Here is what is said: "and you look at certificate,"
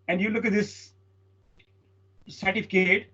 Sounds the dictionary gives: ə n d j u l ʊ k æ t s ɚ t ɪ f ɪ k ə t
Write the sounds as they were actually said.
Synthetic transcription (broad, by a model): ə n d j u l ʊ k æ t s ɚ t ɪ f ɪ k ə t